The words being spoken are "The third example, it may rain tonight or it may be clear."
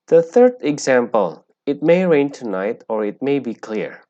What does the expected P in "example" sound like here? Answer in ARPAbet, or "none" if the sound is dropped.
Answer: P